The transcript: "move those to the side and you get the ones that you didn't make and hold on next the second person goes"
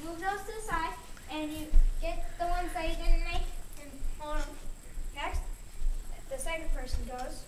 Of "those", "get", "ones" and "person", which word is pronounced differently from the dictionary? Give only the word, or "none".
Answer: none